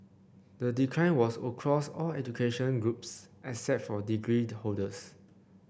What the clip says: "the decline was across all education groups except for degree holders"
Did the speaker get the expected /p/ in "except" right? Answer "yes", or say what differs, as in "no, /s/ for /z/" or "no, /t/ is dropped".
no, /p/ is dropped